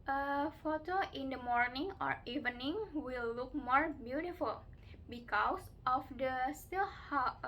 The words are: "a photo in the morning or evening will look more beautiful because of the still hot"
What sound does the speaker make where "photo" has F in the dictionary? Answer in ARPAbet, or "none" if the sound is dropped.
F